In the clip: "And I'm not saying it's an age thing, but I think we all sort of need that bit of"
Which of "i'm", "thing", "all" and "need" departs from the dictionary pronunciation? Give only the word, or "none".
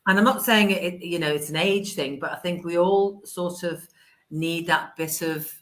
none